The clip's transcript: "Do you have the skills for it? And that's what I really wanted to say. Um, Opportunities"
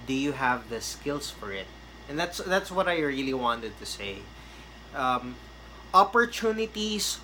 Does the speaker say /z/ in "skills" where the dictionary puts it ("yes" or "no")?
no